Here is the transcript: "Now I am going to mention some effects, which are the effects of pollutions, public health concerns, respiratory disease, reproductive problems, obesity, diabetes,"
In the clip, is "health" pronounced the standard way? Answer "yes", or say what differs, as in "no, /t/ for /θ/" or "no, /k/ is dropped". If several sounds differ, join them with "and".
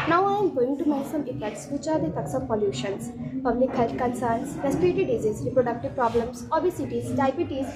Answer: no, /t/ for /θ/